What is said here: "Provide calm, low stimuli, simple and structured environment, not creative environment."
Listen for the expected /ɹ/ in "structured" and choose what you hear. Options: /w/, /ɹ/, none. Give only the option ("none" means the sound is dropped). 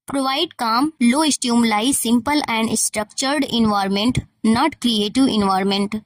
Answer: /ɹ/